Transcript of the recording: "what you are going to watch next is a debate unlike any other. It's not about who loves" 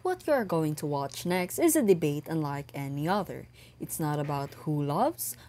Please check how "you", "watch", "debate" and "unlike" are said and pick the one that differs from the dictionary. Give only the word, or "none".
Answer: none